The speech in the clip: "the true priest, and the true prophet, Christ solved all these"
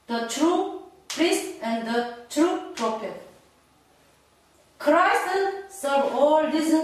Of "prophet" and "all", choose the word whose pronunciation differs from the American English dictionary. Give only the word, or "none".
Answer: none